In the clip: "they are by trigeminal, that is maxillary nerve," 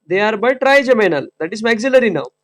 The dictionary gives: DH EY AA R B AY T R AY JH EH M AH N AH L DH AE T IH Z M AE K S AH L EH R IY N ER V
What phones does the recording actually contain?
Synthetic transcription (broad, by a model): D EY AA R B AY T R AY JH EH M AH N AH L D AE T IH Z M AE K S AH L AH R IY N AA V